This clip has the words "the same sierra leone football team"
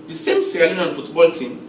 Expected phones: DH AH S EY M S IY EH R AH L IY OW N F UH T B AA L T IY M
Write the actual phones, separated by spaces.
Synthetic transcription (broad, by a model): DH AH S EY M S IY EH L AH N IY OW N F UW T B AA L T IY M